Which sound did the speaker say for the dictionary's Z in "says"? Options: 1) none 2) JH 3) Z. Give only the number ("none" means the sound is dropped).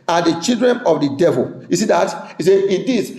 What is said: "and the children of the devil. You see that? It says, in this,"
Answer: 1